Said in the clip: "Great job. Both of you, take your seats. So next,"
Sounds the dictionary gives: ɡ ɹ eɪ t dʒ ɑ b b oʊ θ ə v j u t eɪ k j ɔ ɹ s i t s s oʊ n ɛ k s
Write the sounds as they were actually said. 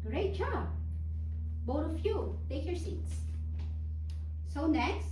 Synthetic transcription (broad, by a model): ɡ ɹ eɪ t tʃ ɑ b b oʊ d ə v j u t eɪ k j ɔ ɹ s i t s s oʊ n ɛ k s